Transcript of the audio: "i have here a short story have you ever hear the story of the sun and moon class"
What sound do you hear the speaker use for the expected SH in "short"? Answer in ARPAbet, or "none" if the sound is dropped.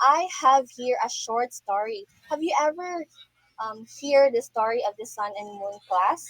SH